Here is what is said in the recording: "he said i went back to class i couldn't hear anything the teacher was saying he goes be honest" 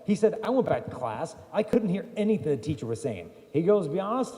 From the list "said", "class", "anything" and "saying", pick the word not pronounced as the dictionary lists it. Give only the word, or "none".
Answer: none